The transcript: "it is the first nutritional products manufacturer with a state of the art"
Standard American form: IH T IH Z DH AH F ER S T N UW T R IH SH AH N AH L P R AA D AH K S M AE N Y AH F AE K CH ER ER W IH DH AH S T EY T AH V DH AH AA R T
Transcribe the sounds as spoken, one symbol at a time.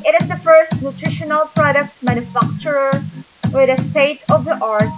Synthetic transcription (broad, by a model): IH T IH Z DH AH F ER S T N UW T R IH SH AH N AH L P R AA D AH K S M AE N Y AH F AE K CH ER ER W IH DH AH S T EY T AH V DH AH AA R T